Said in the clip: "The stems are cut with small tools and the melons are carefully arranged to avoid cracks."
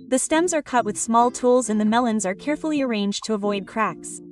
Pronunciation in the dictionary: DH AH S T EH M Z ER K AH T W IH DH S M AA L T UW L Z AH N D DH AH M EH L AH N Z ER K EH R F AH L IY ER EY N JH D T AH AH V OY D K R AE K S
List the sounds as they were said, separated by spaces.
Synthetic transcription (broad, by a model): DH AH S T EH M Z ER K AH T W IH DH S M AA L T UW L Z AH N DH AH M EH L AH N Z ER K EH R F L IY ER EY N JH T AH AH V OY D K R AE K S